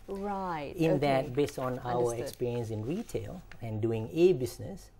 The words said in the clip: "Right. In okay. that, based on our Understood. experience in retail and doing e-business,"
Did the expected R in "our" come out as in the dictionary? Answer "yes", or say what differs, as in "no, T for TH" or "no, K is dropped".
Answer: no, W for R